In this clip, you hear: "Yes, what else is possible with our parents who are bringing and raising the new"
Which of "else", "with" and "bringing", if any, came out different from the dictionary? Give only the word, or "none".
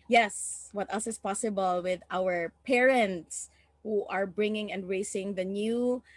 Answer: else